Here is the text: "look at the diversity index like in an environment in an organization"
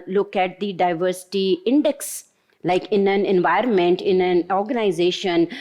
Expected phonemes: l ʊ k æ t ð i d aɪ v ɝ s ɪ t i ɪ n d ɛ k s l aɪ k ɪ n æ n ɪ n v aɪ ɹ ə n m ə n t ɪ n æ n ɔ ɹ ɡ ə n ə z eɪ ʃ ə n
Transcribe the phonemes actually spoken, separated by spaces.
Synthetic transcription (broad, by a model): l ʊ k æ t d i d aɪ v ɝ s ɪ t i ɪ n d ɛ k s l aɪ k ɪ n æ n ɪ n v aɪ ɹ ə n m ə n t ɪ n æ n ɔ ɹ ɡ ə n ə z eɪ ʃ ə n